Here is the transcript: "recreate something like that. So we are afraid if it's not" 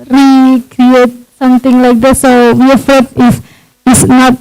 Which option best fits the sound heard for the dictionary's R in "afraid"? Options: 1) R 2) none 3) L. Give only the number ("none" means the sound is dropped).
2